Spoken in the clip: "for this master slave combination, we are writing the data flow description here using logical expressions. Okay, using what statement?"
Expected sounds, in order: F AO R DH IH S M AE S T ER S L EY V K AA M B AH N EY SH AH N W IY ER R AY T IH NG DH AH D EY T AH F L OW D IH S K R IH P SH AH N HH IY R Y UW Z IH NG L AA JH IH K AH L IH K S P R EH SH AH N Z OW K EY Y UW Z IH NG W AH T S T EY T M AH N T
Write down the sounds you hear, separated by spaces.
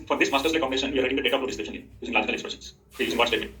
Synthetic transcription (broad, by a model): F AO R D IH S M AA S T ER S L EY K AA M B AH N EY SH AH N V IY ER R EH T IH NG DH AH D EY T AH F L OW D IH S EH SH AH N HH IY Y UW Z IH NG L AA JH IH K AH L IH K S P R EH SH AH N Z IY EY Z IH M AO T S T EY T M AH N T